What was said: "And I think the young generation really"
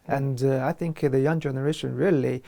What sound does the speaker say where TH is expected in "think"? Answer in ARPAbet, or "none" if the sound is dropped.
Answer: TH